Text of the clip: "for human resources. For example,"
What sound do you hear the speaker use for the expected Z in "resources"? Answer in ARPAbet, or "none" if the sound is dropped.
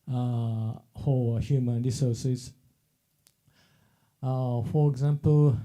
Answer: none